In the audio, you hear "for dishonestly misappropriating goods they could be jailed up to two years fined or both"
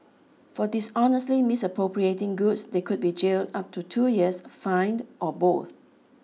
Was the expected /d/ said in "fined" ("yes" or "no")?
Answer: yes